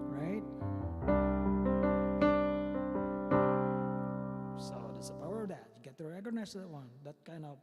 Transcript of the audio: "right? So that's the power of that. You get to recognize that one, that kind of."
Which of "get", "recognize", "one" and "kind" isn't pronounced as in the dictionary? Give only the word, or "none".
recognize